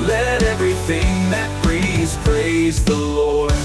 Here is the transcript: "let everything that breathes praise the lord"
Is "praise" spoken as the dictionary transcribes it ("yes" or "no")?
yes